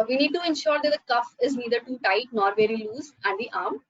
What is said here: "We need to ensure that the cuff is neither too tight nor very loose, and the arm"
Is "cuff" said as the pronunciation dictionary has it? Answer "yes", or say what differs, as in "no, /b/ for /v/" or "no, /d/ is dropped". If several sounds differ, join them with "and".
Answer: yes